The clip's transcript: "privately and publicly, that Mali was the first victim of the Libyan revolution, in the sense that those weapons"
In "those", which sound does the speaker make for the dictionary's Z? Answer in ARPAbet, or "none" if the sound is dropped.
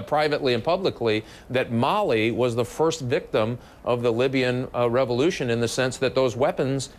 Z